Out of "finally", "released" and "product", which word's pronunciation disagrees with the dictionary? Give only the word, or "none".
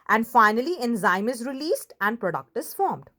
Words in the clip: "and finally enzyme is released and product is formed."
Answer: none